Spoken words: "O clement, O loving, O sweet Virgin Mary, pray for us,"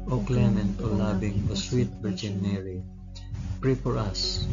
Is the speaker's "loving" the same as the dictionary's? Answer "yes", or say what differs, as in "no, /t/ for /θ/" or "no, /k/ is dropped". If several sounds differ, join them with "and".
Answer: no, /b/ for /v/